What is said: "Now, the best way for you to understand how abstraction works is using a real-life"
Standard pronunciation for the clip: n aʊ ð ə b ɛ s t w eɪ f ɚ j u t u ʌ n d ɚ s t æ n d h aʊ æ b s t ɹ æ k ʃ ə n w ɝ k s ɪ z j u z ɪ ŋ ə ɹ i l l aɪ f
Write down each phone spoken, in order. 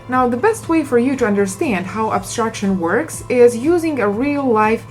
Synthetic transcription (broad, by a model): n aʊ ð ə b ɛ s t w eɪ f ɚ j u t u ʌ n d ɚ s t æ n d h aʊ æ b s t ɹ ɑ k ʃ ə n w ɝ k s ɪ z j u z ɪ ŋ ə ɹ i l l aɪ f